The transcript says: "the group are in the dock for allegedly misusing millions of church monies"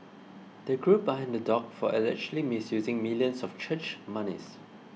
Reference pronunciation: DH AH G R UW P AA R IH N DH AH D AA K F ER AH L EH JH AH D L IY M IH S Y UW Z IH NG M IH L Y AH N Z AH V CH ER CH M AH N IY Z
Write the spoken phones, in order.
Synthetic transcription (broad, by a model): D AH G R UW B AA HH IH N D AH D AA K F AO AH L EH CH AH L IY M IH S Y UW Z IH NG M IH L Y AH N S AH F CH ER CH M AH N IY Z